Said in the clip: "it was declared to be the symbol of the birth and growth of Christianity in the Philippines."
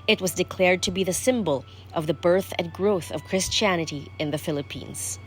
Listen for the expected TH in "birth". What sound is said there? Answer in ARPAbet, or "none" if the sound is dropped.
TH